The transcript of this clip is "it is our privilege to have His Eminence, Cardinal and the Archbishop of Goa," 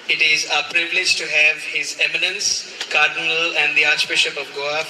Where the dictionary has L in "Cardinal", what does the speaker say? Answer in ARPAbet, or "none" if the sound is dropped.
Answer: L